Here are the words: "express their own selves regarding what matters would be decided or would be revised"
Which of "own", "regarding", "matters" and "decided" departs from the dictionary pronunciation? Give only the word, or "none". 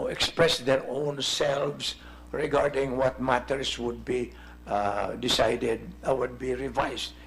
matters